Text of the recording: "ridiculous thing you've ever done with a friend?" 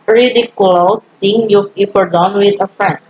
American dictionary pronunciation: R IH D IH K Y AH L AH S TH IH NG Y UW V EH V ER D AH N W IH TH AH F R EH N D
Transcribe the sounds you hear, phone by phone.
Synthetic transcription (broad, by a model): R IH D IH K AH L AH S T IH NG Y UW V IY P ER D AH N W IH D AH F R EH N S